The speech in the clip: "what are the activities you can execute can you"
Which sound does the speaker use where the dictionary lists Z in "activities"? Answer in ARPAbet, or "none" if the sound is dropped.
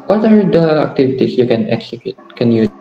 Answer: S